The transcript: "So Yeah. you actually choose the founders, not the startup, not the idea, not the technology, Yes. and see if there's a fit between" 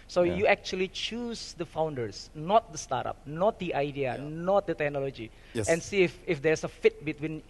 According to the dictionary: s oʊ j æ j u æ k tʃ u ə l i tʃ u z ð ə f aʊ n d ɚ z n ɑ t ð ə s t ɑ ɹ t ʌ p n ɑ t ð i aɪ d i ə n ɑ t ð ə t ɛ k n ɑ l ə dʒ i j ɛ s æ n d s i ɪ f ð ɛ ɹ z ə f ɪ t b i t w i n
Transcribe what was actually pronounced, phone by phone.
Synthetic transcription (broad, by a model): s oʊ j j u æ k tʃ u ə l i tʃ u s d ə f aʊ n d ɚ s n ɑ t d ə s t ɑ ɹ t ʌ p n ɑ t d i aɪ d i ə n ɑ t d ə t ɛ k n ɑ l ə dʒ i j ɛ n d s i ɪ f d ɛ ɹ s ə f ɪ t b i t w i n